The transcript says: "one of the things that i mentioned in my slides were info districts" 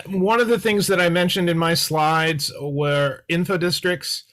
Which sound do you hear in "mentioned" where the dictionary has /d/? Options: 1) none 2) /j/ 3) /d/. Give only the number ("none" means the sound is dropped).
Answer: 3